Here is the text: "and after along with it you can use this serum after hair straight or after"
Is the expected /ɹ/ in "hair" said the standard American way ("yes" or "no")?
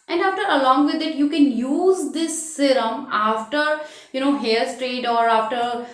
no